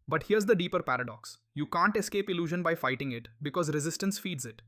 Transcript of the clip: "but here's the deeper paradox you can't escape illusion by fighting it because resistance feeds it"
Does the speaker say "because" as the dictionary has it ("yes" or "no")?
yes